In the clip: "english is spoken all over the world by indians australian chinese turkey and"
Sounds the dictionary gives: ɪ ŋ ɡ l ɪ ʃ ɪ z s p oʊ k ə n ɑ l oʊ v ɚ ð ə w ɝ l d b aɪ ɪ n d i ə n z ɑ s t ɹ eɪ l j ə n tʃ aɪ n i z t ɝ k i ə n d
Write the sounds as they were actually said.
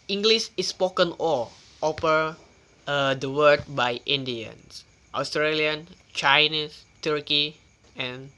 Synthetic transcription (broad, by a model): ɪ ŋ ɡ l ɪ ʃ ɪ s p oʊ k ə n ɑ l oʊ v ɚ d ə w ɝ d b aɪ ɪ n d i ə n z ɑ s t ɹ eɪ l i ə n tʃ aɪ n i s t ɝ k i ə n